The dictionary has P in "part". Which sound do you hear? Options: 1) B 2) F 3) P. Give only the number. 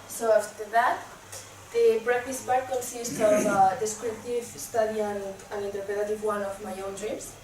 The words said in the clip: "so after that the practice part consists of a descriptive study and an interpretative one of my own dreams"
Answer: 1